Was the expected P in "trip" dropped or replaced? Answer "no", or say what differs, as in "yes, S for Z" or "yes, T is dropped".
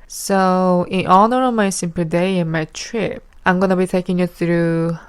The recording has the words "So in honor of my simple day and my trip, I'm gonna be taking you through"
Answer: no